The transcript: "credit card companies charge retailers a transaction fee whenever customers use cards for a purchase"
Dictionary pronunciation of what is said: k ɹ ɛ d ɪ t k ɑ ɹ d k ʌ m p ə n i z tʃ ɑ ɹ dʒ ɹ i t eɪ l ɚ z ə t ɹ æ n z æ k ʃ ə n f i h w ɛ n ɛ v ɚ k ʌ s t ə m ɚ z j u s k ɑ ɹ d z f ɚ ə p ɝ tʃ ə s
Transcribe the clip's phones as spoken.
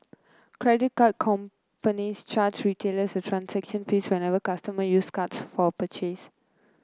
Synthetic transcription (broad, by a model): k ɹ ɛ d ɪ t k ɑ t k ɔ m p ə n i s tʃ ɑ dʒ ɹ i t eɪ l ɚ s ə t ɹ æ n s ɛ k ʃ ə n f i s w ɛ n ɛ v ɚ k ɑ s t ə m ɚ j u s k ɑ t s f ə p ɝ tʃ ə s